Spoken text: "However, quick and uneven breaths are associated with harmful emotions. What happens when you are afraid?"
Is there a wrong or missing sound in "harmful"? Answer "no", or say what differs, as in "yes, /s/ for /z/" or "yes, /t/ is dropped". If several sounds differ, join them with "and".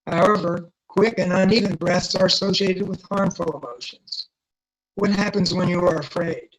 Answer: no